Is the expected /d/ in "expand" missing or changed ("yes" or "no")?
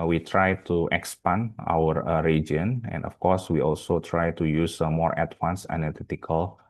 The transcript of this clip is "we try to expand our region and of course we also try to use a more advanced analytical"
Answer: yes